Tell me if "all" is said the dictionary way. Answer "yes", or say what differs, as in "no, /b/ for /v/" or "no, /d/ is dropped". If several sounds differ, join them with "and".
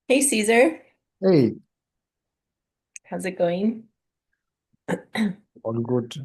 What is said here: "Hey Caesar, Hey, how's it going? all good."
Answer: no, /n/ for /l/